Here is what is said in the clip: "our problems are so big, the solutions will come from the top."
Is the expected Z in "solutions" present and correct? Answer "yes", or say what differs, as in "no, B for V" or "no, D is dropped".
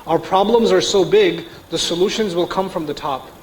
yes